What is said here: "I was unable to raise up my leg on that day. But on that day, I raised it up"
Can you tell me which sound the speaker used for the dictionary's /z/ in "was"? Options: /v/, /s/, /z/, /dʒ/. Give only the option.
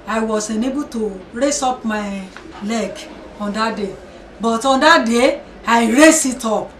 /s/